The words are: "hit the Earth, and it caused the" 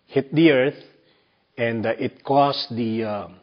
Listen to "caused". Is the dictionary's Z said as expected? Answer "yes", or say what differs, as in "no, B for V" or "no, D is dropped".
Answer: no, S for Z